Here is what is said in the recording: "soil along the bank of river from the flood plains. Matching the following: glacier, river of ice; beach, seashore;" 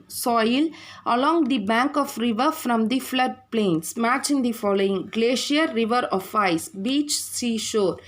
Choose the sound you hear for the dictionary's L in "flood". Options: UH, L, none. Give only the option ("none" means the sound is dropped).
L